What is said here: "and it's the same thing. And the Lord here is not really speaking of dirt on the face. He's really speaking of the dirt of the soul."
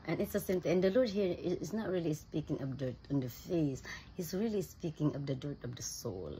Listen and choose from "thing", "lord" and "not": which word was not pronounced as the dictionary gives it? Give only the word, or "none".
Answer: thing